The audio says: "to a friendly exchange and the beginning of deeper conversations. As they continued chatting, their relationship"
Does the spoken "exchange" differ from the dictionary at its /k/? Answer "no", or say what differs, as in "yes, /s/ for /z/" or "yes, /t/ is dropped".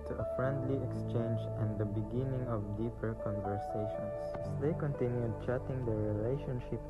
no